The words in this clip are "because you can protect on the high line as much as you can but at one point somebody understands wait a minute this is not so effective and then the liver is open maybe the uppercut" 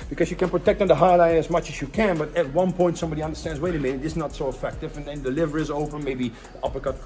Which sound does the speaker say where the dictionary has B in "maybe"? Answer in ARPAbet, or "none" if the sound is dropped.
none